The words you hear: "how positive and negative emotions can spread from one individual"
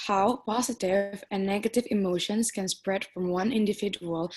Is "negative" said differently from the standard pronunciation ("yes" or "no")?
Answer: no